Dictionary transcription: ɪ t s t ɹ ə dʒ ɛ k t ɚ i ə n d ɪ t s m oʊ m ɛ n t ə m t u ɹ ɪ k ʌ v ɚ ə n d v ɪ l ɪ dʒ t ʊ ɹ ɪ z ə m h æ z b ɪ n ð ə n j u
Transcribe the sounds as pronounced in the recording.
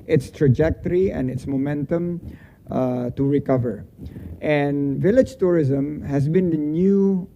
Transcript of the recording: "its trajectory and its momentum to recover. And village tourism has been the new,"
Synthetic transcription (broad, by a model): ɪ t s t ɹ ə dʒ ɛ k t ɚ i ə n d ɪ t s m oʊ m ɛ n t ə m t u ɹ ɪ k ʌ v ɚ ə n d v ɪ l ɪ dʒ t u ɹ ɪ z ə m h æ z b ɪ n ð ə n j u